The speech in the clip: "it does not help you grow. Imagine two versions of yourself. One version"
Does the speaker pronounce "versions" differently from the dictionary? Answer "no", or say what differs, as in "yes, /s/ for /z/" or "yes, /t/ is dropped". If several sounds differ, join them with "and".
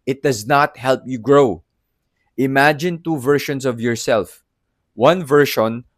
yes, /ʃ/ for /ʒ/ and /s/ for /z/